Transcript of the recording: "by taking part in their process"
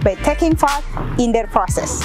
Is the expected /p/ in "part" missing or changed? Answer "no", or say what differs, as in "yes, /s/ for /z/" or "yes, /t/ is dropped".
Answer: yes, /f/ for /p/